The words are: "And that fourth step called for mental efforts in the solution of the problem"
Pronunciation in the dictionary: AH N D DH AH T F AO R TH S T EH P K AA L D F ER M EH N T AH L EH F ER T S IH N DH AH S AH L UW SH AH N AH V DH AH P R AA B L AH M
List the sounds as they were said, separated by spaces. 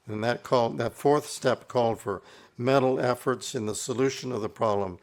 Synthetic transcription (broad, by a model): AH N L DH AH T F AO R TH S T EH P K AA L D F ER M EH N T L EH F ER T S IH N DH AH S AH L UW SH AH N AH V DH AH P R AA B L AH M